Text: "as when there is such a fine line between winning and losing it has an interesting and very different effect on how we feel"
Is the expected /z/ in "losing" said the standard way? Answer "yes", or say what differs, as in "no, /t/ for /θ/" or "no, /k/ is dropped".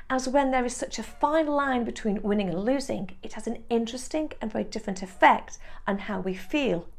yes